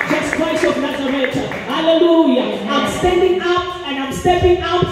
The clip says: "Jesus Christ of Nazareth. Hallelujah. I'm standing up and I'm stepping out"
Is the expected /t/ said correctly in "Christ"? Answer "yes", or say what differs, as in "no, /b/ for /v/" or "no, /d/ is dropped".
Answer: no, /t/ is dropped